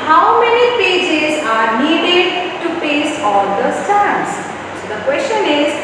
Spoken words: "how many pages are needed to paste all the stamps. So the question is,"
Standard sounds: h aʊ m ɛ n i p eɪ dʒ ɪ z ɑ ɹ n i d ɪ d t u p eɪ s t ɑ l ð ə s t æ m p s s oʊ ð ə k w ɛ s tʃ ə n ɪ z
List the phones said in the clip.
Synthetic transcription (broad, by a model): h aʊ m ɛ n i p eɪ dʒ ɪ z ɑ ɹ n i d ɪ d t u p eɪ s ɑ l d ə s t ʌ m s s oʊ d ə k w ɛ s tʃ ə n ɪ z